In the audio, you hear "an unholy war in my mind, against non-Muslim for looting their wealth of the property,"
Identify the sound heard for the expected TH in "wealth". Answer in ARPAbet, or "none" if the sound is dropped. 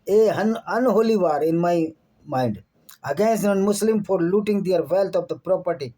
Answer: T